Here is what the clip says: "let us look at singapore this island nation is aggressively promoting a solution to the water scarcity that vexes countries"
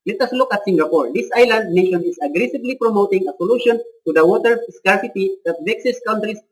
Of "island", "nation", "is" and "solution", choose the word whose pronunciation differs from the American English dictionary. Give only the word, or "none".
is